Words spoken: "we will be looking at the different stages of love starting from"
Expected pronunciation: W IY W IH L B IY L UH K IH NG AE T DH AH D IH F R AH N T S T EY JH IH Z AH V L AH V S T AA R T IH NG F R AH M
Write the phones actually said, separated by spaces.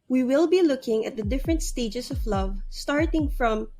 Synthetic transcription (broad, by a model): W IY W IH L B IY L UH K IH NG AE T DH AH D IH F R AH N T S T EY JH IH S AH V L AH V S T AA R T IH NG F R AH M